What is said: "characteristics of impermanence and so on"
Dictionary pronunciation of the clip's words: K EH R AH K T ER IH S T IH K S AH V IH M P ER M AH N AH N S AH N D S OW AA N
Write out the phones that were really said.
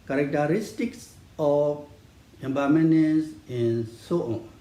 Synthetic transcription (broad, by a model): K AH R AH K T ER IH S T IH K S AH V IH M B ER M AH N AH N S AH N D S OW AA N